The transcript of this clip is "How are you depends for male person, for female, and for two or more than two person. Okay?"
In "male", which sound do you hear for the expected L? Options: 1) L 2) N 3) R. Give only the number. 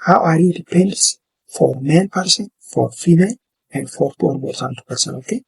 2